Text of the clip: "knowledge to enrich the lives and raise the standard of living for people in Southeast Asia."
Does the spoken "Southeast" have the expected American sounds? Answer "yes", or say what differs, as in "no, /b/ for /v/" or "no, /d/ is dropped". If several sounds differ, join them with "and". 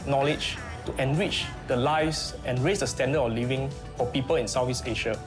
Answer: no, /f/ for /θ/ and /t/ is dropped